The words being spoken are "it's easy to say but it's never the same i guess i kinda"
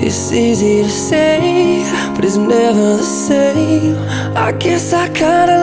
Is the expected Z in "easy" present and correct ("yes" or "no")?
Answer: yes